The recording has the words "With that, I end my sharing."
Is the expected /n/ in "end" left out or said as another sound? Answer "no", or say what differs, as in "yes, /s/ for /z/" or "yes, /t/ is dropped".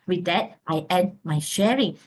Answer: yes, /n/ is dropped